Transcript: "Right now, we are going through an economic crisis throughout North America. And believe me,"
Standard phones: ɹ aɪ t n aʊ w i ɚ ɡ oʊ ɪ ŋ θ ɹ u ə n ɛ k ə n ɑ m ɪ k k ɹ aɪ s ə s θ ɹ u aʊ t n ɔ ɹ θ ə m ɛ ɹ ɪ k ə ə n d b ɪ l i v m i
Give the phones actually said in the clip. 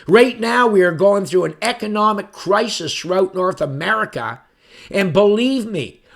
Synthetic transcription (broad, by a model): ɹ aɪ t n aʊ w i ɚ ɡ oʊ ɪ ŋ θ ɹ u ə n ɛ k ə n ɑ m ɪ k k ɹ aɪ s ə s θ ɹ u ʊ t n ɔ ɹ θ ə m ɛ ɹ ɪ k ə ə n b ɪ l i v m i